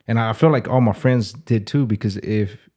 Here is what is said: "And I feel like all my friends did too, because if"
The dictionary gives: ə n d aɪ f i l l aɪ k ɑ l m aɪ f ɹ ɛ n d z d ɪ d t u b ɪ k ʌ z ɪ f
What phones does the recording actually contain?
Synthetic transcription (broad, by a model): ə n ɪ aɪ f i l l aɪ k ɑ l m aɪ f ɹ ɛ n d z d ɪ d t u b ɪ k ʌ z ɪ f